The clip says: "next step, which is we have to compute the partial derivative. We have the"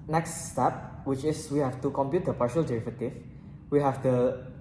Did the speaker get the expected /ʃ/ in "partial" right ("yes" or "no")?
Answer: yes